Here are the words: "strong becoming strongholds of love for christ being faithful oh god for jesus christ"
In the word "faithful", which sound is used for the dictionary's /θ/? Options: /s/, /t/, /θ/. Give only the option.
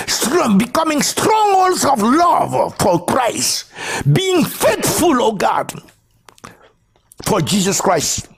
/t/